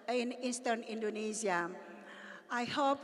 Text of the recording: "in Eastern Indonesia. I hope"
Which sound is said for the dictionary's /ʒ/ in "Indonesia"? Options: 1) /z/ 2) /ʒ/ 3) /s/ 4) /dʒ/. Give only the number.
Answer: 1